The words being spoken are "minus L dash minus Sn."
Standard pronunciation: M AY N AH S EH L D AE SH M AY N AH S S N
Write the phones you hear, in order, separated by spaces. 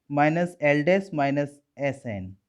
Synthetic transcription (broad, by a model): M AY N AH S EH L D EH S M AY N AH S S N